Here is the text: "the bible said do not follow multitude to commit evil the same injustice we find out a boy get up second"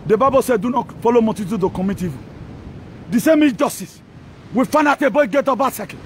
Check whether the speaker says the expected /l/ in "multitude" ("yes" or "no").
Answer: no